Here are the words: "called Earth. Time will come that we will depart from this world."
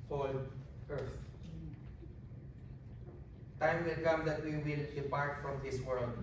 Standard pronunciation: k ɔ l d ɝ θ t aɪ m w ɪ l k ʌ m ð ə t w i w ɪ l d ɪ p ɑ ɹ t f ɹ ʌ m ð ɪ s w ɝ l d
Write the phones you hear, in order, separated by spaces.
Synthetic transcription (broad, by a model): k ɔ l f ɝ s t aɪ m w ɪ l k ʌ m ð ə t w i w ɪ l d ɪ p ɑ ɹ t f ɹ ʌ m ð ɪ s w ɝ l d